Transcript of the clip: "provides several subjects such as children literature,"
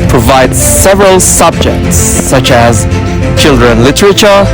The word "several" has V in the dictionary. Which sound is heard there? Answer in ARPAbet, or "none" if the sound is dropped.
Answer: V